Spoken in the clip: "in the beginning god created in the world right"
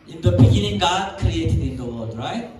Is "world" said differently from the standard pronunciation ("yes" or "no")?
yes